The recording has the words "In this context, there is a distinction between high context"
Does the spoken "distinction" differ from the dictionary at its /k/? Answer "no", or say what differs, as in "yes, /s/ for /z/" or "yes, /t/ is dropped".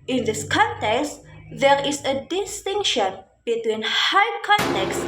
no